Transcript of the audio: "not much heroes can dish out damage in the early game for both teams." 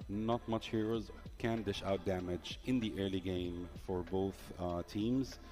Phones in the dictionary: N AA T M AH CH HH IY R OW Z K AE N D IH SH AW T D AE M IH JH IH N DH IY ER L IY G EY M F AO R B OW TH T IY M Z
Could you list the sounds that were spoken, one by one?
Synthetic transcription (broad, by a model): N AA T M AH CH HH IY R OW Z K AE N D IH SH AW T D AE M IH JH IH N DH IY ER L IY G EY M F AO R B OW TH T IY M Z